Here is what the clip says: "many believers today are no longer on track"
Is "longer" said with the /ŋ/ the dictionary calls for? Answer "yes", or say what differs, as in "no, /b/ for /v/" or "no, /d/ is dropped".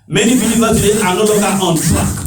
no, /ŋ/ is dropped